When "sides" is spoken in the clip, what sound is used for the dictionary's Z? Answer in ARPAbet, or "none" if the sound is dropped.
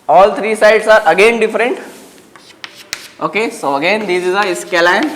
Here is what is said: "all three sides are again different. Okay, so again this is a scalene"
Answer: S